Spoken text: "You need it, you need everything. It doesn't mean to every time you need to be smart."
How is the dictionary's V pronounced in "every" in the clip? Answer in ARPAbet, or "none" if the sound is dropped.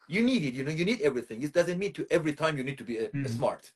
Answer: V